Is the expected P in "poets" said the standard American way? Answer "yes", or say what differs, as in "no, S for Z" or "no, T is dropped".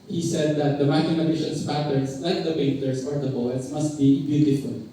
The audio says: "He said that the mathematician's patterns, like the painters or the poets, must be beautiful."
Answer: no, B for P